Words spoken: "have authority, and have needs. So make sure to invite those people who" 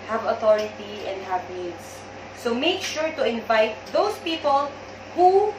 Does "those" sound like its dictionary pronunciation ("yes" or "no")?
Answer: no